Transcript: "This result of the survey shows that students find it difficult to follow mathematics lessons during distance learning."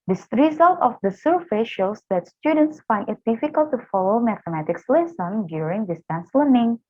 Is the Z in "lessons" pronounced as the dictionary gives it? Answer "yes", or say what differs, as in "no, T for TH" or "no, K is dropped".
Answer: no, Z is dropped